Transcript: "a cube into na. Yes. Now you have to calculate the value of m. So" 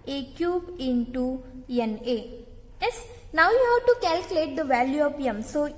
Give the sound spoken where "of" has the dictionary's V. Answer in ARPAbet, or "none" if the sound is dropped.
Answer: P